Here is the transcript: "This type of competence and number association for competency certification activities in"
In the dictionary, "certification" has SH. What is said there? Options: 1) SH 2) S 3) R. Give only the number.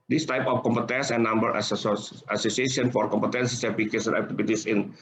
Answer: 2